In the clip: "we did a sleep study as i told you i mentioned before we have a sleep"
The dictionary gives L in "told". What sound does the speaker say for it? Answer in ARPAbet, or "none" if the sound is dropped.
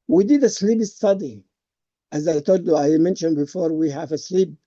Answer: none